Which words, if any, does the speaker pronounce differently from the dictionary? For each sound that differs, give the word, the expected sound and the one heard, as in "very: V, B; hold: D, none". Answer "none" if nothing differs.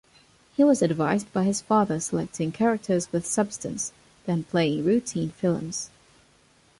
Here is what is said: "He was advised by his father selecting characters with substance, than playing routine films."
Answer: none